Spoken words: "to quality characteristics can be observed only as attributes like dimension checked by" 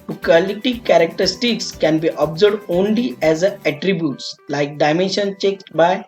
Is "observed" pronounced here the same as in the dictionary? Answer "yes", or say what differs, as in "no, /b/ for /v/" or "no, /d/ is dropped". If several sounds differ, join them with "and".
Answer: no, /v/ is dropped